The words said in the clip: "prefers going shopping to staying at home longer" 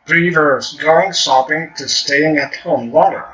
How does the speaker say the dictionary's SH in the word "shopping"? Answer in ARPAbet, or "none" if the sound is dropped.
S